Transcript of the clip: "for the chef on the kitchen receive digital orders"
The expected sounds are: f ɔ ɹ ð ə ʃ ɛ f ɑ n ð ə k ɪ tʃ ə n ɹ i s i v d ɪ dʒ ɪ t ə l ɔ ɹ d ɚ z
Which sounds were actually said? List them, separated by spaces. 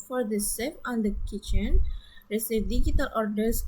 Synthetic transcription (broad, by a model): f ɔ ɹ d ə s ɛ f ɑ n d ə k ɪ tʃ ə n ɹ i s i v d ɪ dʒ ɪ t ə l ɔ ɹ d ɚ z